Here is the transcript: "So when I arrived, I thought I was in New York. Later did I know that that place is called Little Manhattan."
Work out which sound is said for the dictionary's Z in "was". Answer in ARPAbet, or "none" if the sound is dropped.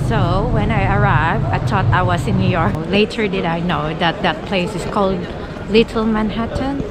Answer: S